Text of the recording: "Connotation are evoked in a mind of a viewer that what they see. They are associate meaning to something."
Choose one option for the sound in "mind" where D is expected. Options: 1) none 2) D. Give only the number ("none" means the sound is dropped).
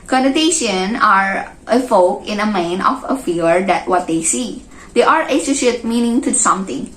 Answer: 1